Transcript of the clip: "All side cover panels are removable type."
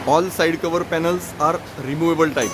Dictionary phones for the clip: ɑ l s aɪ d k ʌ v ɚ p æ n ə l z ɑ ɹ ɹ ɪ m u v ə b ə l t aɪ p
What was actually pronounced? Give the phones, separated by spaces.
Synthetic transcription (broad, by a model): ɑ l s aɪ d k ʌ v ɚ p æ n ə l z ɑ ɹ ɹ ɪ m u v ə b ə l t aɪ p